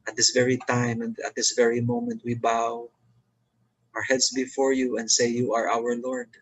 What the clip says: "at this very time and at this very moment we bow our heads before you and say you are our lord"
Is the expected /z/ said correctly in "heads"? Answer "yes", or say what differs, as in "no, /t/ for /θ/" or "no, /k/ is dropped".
no, /s/ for /z/